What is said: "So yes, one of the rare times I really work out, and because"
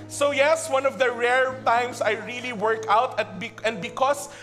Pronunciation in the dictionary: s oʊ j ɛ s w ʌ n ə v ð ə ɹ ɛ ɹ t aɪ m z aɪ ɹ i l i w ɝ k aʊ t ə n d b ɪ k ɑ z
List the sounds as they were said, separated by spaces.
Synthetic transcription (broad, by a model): s oʊ j ɛ s w ʌ n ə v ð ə ɹ ɛ ɹ t aɪ m s aɪ ɹ i l i w ɝ k aʊ t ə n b b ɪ k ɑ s